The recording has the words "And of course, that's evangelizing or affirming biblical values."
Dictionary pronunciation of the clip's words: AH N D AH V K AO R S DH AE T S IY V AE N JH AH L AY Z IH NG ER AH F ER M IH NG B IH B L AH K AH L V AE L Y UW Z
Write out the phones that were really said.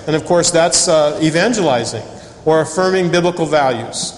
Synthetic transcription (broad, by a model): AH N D AH V K AO R S DH AE T S IY V AE N JH AH L AY Z IH NG ER AH F ER M IH NG B IH B L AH K L V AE L Y UW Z